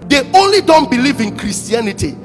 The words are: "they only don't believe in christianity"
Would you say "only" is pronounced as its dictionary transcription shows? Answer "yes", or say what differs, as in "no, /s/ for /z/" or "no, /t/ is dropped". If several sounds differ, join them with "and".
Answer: yes